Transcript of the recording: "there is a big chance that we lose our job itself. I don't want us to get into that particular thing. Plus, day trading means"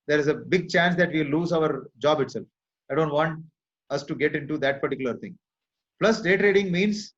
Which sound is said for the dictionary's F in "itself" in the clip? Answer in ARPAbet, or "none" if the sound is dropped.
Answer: F